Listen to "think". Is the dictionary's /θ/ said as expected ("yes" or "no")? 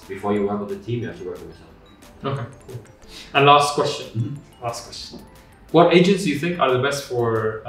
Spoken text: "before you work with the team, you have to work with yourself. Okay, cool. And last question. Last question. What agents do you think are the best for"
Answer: yes